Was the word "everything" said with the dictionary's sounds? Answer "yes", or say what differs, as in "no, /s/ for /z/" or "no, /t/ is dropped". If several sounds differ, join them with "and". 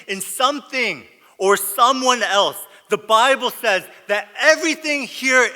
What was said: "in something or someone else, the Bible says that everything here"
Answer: yes